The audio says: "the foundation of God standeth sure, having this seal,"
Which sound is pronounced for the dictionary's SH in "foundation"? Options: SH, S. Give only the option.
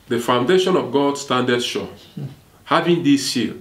SH